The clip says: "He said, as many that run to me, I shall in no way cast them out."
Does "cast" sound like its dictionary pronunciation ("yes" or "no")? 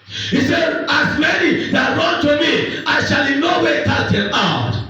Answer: no